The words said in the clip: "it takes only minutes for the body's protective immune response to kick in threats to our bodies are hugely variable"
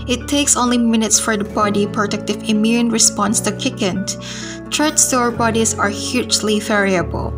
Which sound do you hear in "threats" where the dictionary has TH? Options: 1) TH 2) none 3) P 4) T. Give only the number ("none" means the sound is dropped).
4